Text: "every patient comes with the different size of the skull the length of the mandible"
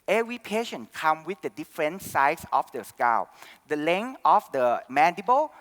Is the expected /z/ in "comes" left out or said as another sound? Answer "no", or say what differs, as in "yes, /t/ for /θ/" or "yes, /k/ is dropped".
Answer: yes, /z/ is dropped